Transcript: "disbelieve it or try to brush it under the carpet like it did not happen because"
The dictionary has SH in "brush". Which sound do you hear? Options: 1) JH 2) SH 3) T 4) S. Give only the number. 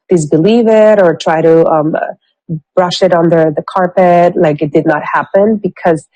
2